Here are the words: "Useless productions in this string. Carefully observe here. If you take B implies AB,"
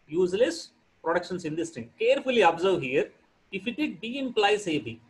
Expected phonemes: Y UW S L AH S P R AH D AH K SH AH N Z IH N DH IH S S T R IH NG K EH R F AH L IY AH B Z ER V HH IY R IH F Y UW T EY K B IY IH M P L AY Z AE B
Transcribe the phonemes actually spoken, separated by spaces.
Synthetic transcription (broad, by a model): Y UW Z L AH S P R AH D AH K SH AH N S IH N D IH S S T IH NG K EH R F AH L IY AH B Z ER V HH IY R IH F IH T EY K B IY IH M P L AY S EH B